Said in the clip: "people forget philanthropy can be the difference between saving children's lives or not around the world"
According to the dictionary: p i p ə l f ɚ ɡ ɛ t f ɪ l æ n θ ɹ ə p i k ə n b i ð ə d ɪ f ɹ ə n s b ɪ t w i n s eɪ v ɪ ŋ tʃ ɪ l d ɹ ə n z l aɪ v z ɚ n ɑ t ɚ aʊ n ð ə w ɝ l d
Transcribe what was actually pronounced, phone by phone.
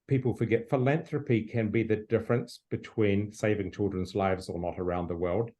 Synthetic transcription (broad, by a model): p i p l f ɚ ɡ ɛ t f ɪ l æ n θ ɹ ə p i k ə n b i ð ə d ɪ f ɹ ə n s b ɪ t w i n s eɪ v ɪ ŋ tʃ ɪ l d ɹ ə n z l aɪ v z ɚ n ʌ t ɚ aʊ n ð ə w ɝ l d